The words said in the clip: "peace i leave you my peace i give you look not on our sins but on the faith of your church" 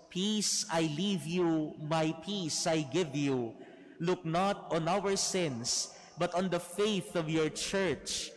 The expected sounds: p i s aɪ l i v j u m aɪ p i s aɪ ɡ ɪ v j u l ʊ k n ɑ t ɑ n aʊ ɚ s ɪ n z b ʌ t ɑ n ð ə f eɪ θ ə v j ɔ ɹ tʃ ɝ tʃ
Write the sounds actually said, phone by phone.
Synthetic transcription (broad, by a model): p i s aɪ l i v j u m aɪ p i s aɪ ɡ ɪ v j u l ʊ k n ɑ t ɑ n aʊ ɚ s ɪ n s b ʌ t ɑ n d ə f eɪ θ ə v j ɔ ɹ tʃ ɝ tʃ